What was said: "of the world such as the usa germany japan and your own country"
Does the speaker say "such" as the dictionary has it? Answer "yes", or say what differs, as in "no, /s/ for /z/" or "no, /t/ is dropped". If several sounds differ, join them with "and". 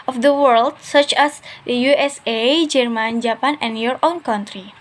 yes